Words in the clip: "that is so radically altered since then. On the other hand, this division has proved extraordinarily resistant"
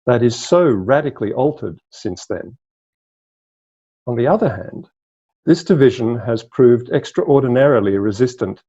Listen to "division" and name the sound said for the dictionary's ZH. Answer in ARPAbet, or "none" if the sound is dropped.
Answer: ZH